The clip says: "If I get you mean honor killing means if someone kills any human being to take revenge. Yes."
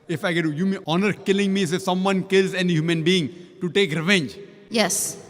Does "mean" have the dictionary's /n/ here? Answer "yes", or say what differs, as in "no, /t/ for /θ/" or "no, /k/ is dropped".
no, /n/ is dropped